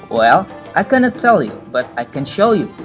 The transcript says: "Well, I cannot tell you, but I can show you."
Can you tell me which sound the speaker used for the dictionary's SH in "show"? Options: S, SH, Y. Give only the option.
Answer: SH